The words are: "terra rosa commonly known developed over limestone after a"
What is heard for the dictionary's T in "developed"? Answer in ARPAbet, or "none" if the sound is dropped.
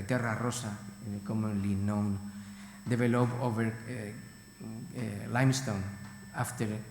none